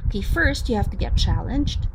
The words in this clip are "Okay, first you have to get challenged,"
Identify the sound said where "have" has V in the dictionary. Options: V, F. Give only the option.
F